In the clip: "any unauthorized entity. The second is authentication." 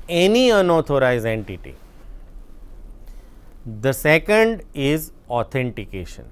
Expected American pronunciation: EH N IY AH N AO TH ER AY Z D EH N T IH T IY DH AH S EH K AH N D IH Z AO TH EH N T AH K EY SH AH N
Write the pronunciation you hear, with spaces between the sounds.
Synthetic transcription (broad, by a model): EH N IY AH N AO T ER AY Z EH N T IH T IY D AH S EH K AH N D IH Z AO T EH N T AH K EY SH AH N